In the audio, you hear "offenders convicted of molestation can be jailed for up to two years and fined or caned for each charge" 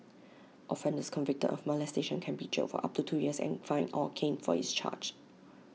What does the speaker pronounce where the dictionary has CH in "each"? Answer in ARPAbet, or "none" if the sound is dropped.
S